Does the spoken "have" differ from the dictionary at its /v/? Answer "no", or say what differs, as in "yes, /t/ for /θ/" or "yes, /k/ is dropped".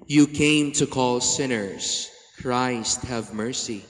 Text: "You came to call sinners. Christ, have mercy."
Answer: no